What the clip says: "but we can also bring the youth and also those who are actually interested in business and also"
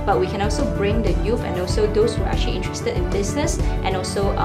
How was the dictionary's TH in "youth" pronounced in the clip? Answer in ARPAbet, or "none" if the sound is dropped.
F